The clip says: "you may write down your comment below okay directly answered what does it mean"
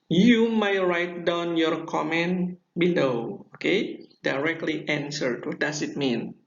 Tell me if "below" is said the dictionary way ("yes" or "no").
no